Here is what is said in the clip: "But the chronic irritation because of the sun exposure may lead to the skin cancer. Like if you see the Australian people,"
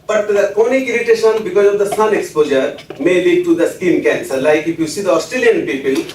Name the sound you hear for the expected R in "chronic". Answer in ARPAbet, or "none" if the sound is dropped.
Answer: none